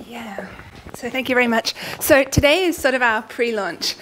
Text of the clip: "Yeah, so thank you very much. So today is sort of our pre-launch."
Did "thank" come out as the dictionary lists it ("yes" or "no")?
yes